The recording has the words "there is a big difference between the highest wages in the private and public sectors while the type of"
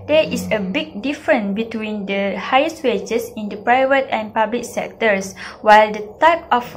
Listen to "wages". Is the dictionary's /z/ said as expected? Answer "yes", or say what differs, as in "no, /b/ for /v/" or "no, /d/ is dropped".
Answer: no, /s/ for /z/